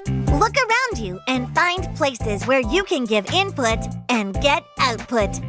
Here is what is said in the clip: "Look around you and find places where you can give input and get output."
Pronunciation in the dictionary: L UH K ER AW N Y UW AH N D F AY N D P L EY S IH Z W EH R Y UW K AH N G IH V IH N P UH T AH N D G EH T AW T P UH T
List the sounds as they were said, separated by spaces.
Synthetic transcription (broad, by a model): L UH K ER AW N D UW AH N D F AY N D P L EY S IH Z W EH R Y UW K AH N G IH V IH N P UH T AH N G EH T AW T P UH T